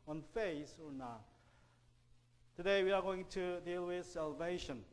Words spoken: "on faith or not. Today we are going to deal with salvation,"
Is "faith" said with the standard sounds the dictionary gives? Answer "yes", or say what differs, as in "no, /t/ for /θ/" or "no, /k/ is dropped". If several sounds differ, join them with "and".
no, /s/ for /θ/